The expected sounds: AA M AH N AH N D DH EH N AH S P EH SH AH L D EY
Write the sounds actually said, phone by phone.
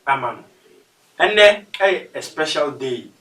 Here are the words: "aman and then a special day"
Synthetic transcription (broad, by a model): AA M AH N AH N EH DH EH AH S P EH SH AH L D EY